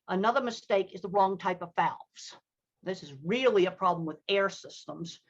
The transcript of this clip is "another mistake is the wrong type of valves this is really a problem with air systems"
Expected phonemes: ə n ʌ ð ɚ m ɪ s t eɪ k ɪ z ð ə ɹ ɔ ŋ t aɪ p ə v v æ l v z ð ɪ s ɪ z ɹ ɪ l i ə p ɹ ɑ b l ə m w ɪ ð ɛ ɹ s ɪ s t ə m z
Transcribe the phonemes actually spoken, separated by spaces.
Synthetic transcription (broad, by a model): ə n ʌ ð ɚ m ɪ s t eɪ k ɪ z ð ə ɹ ɔ ŋ t aɪ p ə v f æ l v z ð ɪ s ɪ z ɹ ɪ l i ə p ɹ ɑ b l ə m w ɪ ð ɛ ɹ s ɪ s t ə m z